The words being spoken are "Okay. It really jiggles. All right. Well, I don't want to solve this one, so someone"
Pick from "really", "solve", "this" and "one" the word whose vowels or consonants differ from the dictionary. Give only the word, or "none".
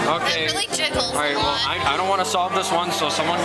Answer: really